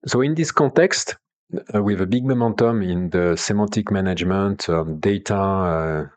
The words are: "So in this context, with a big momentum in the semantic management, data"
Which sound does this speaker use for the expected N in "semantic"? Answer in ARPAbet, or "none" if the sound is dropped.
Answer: none